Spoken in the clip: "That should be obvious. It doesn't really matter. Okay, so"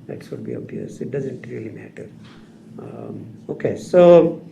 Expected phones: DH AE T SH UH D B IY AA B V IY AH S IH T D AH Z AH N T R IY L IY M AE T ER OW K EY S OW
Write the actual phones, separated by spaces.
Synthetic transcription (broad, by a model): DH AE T S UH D B IY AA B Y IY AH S IH T D AH Z AH N T R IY L IY M AE T ER OW K EY S OW